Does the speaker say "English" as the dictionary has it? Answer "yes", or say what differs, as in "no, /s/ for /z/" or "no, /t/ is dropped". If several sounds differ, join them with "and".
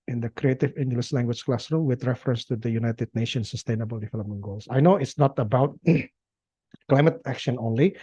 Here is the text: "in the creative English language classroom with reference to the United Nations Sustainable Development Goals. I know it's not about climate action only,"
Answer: no, /s/ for /ʃ/